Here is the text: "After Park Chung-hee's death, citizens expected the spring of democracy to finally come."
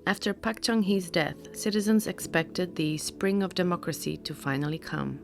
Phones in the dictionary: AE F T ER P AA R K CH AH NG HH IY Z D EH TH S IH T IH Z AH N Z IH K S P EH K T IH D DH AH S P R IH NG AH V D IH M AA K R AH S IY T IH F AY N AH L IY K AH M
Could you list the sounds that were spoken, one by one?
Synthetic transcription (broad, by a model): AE F T ER P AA K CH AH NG HH IY Z D EH TH S IH T IH Z AH N Z IH K S P EH K T IH D DH AH S P R IH NG AH V D IH M AA K R AH S IY T IH F AY N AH L IY K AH M